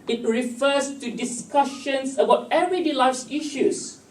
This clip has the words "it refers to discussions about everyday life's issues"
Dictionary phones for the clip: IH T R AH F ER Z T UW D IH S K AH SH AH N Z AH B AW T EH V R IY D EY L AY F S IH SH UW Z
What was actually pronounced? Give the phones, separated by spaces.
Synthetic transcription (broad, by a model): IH T R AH F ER S T UW D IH S K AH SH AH N S AH B AW T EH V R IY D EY L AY S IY SH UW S